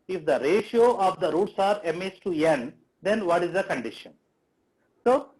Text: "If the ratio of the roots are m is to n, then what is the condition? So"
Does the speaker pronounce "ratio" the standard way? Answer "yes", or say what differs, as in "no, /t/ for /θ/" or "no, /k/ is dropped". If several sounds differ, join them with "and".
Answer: yes